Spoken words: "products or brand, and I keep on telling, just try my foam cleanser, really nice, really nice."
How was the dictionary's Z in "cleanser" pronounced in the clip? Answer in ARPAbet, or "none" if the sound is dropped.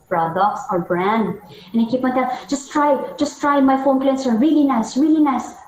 S